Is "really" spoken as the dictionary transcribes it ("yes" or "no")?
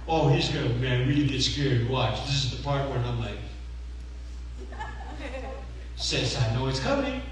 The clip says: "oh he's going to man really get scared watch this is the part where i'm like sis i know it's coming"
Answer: no